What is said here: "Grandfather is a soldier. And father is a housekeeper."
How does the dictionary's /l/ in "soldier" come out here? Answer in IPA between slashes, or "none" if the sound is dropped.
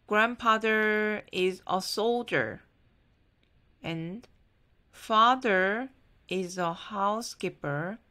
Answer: /l/